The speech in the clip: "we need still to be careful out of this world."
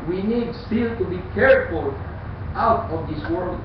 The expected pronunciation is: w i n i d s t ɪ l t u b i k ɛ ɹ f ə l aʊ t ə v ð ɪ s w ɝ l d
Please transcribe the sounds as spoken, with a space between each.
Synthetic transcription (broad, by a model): w i n i d s t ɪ l t u b i k ɛ ɹ f ə l aʊ t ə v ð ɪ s w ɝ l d